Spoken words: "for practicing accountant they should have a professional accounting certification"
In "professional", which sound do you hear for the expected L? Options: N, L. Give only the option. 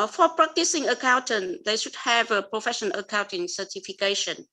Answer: N